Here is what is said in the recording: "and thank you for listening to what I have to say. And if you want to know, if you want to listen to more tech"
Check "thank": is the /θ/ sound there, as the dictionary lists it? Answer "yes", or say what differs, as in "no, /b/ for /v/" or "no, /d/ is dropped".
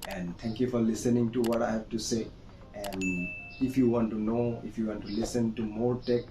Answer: no, /t/ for /θ/